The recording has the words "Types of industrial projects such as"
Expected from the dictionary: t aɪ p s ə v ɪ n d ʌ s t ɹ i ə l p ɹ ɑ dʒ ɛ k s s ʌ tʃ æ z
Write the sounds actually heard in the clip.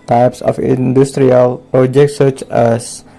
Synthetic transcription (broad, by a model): t aɪ p s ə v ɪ n d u s t ɹ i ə l p ɹ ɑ dʒ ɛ k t s ʌ tʃ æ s